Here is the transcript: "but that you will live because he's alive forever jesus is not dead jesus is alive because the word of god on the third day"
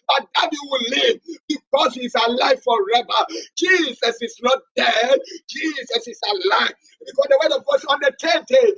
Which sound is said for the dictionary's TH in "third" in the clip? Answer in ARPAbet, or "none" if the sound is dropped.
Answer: T